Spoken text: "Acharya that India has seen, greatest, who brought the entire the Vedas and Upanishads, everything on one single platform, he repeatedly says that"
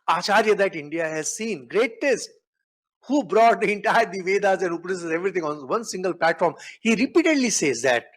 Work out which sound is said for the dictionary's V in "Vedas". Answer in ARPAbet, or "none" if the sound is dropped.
V